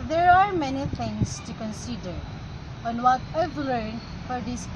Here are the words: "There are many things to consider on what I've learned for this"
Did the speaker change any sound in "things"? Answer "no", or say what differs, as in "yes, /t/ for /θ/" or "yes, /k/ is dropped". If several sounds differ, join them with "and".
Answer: yes, /t/ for /θ/